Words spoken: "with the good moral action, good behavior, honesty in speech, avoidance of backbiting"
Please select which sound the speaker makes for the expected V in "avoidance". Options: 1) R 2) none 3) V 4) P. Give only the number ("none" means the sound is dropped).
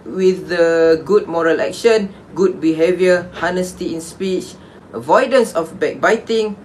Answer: 3